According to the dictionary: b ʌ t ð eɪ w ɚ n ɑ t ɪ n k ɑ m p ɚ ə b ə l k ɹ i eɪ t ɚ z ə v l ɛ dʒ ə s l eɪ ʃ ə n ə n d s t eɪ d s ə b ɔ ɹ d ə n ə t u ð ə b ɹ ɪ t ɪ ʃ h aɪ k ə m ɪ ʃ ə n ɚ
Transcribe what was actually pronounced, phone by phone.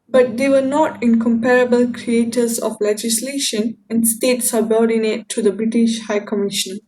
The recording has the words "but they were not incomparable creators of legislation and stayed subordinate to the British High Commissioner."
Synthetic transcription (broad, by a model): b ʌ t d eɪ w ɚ n ɑ t ɪ n k ɑ m p ɚ ə b ə l k ɹ i eɪ t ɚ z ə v l ɛ dʒ ə s l eɪ ʃ ə n ə n d s t eɪ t s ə b ɔ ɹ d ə n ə t u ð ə b ɹ ɪ t ɪ ʃ h aɪ k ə m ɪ ʃ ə n